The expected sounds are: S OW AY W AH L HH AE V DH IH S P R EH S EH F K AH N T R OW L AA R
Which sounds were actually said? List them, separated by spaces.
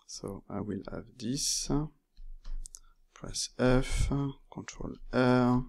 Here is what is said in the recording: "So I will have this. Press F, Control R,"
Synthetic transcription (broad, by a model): S OW AY W AH L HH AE V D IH S P R EH S EH F K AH T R OW L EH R